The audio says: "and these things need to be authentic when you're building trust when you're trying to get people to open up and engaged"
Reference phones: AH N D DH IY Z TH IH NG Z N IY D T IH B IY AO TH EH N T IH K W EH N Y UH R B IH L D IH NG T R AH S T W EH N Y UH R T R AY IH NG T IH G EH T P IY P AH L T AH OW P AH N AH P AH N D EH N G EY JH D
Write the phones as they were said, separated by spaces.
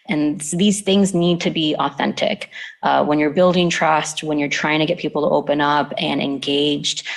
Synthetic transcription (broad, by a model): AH N DH IY Z TH IH NG Z N IY D T IH B IY AO TH EH N T IH K W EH N Y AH R B IH L D IH NG T R AH S T W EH N Y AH R T R AY IH NG T IH G EH T P IY P L T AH OW P AH N AH P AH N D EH N G EY JH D